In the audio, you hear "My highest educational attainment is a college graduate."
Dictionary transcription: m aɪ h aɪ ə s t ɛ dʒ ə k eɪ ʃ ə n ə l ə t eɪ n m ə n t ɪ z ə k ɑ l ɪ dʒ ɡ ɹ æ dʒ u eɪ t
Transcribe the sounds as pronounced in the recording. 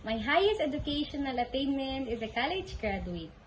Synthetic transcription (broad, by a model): m aɪ h aɪ ə s t ɛ dʒ ə k eɪ ʃ ə n ə l ə t eɪ n m ə n t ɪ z ə k ɑ l ɪ dʒ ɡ ɹ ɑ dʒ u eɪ t